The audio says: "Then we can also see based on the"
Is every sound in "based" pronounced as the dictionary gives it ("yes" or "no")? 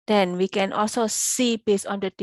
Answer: no